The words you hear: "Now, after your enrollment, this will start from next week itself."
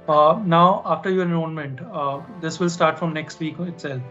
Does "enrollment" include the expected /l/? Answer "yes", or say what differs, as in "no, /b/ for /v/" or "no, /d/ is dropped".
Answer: no, /n/ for /l/